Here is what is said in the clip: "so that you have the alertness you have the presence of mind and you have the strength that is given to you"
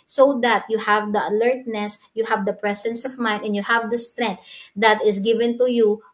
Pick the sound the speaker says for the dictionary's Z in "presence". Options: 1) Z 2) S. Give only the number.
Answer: 2